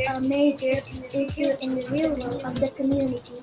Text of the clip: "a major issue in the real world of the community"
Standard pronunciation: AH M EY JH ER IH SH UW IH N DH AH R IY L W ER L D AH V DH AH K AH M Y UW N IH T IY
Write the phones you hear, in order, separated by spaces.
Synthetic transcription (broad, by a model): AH M EY JH ER IH SH UW IH N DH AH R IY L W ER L AH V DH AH K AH M Y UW N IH T IY